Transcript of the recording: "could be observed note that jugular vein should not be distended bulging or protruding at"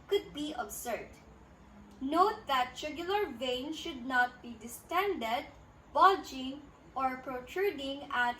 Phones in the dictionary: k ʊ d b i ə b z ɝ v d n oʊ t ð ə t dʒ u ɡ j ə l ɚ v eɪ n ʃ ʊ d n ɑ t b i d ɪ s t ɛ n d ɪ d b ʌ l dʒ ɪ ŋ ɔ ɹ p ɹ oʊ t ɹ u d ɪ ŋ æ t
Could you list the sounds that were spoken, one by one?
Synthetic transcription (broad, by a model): k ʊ d b i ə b s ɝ d n oʊ t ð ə t ʃ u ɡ j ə l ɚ v eɪ n ʃ ʊ d n ɑ t b i d ɪ s t ɛ n d ɪ d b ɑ dʒ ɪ ŋ ɔ ɹ p ɹ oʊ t ɹ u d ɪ ŋ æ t